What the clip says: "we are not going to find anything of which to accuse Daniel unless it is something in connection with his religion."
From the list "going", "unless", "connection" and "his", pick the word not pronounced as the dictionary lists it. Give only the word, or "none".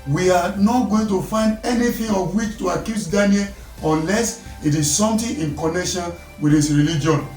his